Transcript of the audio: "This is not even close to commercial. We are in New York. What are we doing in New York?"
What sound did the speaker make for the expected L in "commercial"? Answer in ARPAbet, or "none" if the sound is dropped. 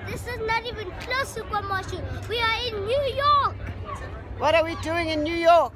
N